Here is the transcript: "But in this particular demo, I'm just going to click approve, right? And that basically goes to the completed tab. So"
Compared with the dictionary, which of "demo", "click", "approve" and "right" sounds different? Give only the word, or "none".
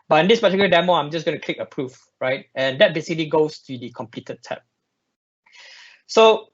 approve